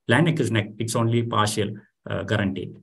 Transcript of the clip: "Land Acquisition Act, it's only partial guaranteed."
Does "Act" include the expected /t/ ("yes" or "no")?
no